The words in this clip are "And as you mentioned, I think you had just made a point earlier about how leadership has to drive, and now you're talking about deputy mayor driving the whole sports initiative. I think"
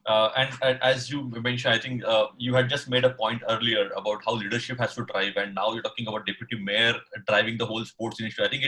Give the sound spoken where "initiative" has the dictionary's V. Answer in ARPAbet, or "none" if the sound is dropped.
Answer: none